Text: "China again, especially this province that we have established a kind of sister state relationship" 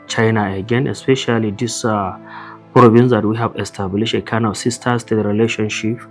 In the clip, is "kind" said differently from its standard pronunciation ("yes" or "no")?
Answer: yes